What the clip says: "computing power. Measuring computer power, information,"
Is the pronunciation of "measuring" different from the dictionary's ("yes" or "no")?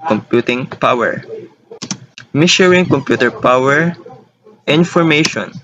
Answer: yes